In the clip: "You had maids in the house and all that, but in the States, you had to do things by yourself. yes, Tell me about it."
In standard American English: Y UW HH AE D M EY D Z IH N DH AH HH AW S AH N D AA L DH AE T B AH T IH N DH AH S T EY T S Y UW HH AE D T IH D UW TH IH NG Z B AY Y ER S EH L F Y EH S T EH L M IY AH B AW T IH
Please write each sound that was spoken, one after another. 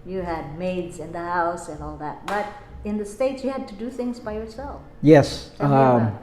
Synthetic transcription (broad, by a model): Y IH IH D M EY D Z IH N DH AH HH AW S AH N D AA L DH AE T B AH T IH N DH AH S T EY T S Y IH HH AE D T IH D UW TH IH NG Z B AY Y ER S EH L F Y EH S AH